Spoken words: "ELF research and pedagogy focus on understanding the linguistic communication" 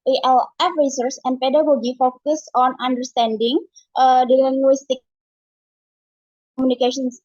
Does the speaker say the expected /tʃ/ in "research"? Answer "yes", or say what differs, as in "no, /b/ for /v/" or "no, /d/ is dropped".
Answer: no, /s/ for /tʃ/